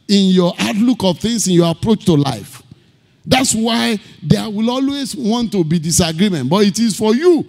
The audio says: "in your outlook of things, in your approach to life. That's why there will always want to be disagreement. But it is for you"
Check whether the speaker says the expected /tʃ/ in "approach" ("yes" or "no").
yes